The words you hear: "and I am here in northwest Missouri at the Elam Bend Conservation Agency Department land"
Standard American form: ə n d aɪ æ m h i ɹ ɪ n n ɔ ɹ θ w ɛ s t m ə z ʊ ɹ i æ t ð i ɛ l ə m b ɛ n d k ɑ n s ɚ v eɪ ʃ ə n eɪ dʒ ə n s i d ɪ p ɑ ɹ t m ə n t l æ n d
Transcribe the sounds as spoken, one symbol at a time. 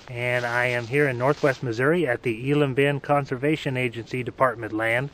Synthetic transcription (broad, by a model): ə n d aɪ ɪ m h i ɹ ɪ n n ɔ ɹ θ w ɛ s t m ə z ʊ ɹ i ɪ t ð i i l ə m b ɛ n k ɑ n s ɚ v eɪ ʃ ə n eɪ dʒ ə n s i d ɪ p ɑ ɹ t m ə n t l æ n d